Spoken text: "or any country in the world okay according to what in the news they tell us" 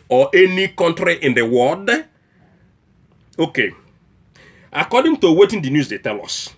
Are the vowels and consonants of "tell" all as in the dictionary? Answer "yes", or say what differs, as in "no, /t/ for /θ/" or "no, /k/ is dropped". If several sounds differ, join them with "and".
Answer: yes